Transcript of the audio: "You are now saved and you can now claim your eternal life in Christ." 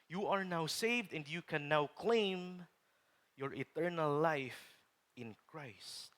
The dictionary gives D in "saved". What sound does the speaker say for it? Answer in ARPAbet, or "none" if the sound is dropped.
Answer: D